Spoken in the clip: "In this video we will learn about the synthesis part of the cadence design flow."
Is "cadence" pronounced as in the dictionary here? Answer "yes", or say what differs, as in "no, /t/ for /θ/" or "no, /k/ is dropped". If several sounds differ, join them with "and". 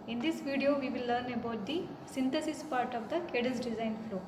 no, /n/ is dropped